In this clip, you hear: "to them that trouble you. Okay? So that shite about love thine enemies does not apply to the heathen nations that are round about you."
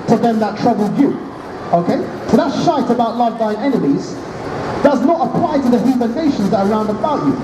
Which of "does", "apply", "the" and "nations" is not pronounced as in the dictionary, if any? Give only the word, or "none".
none